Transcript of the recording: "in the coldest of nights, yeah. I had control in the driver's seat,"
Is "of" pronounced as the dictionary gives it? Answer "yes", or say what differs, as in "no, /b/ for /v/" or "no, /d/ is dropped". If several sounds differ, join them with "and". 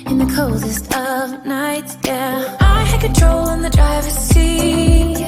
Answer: yes